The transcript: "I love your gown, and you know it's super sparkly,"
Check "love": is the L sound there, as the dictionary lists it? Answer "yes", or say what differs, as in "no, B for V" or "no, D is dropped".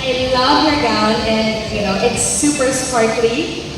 yes